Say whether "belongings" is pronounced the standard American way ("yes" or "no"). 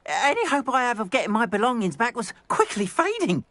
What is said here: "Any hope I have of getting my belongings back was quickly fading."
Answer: yes